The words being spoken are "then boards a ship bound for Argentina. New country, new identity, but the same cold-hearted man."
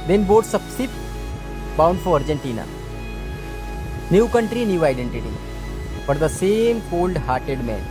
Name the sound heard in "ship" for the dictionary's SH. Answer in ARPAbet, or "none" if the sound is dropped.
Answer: S